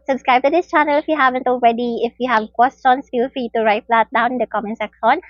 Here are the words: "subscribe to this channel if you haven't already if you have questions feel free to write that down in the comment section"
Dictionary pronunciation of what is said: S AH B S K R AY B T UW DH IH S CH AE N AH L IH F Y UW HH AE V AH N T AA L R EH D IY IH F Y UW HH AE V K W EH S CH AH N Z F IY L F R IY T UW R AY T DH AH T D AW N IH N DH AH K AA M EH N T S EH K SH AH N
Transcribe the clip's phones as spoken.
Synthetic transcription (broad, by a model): S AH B S K R AY B T UW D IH S CH AE N AH L IH F Y UW HH AE V AH N T AA L R EH D IY IH F Y UW HH AE V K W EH S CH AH N S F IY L F R IY T UW R AY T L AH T D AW IH N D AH K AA M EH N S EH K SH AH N